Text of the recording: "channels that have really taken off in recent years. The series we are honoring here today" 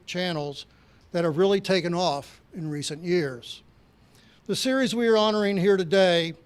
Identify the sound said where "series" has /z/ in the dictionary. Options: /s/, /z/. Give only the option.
/z/